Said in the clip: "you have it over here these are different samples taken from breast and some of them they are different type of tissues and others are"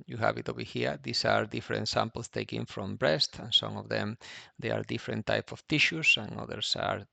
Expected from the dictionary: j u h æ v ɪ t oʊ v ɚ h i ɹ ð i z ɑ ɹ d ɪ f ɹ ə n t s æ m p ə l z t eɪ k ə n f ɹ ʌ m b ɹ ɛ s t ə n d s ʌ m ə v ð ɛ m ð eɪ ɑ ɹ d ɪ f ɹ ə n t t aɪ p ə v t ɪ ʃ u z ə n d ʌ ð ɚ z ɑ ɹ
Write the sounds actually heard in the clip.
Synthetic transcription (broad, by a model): j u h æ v ɪ t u b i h i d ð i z ɑ ɹ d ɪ f ɹ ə n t s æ m p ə l s t eɪ k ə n f ɹ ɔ m b ɹ ɛ s t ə n s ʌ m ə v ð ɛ m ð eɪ ɑ ɹ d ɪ f ɹ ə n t t aɪ p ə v t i ʃ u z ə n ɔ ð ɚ s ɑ ɹ